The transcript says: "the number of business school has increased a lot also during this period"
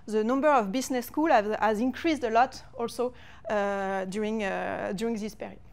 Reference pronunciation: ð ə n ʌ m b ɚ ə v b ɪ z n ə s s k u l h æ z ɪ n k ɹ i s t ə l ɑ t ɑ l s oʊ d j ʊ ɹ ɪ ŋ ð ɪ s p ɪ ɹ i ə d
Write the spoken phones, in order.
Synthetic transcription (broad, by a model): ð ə n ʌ m b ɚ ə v b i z n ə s s k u l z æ z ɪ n k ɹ i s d ə l ɑ t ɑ l s oʊ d j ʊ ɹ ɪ ŋ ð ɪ s p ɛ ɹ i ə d